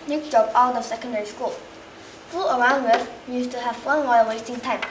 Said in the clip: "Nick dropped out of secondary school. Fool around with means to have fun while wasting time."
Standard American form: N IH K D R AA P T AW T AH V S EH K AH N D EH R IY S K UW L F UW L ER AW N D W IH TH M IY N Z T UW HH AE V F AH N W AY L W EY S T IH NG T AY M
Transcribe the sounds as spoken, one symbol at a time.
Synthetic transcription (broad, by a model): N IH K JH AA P AW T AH S EH K AH N D EH R IY S K UW L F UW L ER AW N D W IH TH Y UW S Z T UW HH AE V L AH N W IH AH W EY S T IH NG T AY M